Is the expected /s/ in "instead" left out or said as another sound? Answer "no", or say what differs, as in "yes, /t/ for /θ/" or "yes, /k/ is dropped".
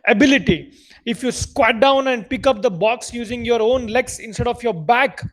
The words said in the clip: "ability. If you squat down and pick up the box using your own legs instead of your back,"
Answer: no